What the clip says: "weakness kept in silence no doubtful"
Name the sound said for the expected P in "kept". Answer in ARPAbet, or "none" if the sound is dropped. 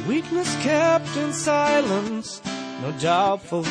P